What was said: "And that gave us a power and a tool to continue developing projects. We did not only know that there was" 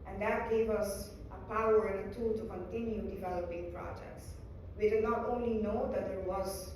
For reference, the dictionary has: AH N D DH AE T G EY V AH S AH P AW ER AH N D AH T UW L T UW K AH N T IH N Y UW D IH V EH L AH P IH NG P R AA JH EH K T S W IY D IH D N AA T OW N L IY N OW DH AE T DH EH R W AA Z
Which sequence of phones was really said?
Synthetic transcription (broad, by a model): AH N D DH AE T G EY V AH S AH P AW ER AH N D AH T UW L T UW K AH N T IH N Y UW D IH V EH L AH P IH NG P R AA JH EH K T S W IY D IH D N AA T OW N L IY N OW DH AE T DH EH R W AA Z